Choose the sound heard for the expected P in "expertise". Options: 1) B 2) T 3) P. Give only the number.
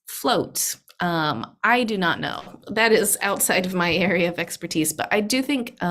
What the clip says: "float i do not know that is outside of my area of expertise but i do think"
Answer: 3